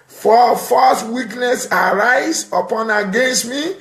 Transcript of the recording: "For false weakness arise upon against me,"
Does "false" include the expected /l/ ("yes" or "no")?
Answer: no